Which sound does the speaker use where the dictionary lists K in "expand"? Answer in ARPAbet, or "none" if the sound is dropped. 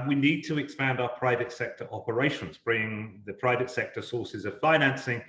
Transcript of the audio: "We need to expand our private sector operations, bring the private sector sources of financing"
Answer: K